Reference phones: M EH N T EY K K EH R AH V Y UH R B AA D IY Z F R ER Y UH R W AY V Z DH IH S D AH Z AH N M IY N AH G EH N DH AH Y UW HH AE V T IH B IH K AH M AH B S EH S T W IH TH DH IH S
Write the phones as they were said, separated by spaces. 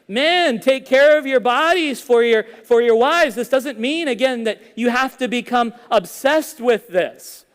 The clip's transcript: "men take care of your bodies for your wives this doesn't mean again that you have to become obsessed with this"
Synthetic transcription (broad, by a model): M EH N T EY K K EH R AH V Y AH R B AA D IY Z F R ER Y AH R W AY V Z DH IH S D AH Z AH N M IY N AH G EH N DH AH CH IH HH AE F T IH B IH K AH M AH B S EH S T W IH DH IH S